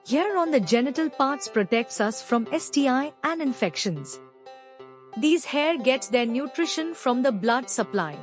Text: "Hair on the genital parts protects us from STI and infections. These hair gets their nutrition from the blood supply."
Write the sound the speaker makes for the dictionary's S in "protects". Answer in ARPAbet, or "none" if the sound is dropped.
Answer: S